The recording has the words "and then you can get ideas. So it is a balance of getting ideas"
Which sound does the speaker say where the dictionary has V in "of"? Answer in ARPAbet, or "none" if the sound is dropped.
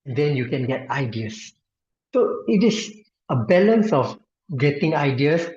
F